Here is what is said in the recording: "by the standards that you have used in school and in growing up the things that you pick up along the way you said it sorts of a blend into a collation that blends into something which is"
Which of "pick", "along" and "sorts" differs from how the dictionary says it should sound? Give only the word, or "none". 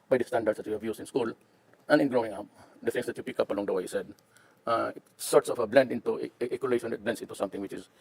none